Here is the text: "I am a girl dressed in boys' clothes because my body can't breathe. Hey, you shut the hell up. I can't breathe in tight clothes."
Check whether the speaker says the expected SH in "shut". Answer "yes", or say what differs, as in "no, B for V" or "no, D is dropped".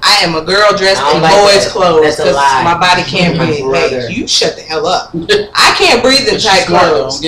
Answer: yes